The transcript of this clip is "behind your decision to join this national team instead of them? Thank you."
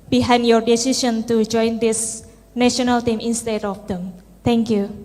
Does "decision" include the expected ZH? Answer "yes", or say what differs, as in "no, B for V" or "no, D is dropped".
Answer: no, SH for ZH